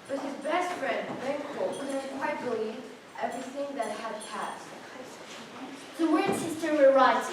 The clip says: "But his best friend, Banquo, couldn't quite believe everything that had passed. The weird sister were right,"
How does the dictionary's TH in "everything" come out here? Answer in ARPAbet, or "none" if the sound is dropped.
TH